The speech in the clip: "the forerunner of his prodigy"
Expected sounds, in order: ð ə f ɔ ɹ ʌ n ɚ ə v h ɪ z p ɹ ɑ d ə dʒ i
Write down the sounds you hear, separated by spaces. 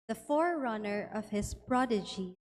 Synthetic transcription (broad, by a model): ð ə f ɔ ɹ ʌ n ɚ ə v h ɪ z p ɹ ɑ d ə dʒ i